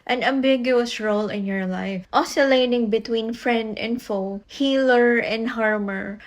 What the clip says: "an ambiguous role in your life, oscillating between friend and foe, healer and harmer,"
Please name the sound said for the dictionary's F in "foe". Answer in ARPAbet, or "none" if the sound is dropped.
F